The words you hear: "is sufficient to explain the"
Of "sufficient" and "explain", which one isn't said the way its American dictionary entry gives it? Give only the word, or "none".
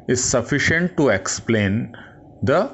none